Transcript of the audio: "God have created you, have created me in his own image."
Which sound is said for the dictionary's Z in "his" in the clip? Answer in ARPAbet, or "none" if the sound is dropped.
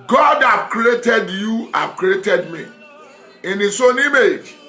S